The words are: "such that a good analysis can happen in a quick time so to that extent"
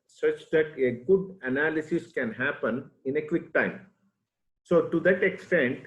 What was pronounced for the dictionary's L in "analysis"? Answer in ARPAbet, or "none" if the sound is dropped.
L